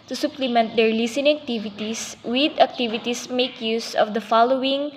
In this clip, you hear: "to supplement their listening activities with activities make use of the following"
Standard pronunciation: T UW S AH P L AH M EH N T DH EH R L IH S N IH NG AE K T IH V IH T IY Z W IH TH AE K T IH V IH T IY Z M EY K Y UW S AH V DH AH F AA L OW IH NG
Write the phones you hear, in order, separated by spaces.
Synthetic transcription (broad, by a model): T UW S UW P L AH M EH N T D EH R L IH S IH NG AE K T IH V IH T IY S W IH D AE K T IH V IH T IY S M EY K Y UW S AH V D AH F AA L OW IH NG